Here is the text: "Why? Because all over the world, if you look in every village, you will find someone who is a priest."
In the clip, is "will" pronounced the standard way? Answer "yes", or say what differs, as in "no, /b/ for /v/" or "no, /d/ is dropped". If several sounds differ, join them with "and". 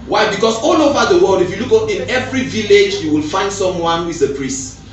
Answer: yes